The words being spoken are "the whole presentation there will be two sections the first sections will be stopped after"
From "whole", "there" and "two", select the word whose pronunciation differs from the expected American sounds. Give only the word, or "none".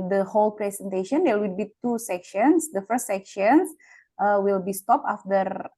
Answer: there